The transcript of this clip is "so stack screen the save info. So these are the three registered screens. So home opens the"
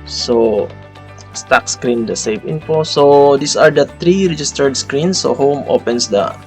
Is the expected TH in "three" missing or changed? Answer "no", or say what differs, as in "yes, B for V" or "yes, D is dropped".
yes, T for TH